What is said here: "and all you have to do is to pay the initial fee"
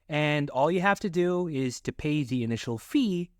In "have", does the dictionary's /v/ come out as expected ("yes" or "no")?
no